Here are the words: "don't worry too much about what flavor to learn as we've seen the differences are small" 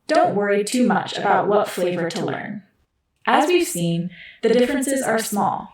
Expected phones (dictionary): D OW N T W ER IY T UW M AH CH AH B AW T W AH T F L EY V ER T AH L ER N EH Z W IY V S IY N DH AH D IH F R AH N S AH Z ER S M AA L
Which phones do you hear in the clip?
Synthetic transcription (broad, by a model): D OW N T W ER IY T UW M AH CH AH B AW T W AH T F L EY V ER T AH L ER N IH Z W IY V S IY N DH AH D IH F R AH N S AH Z ER S M AA L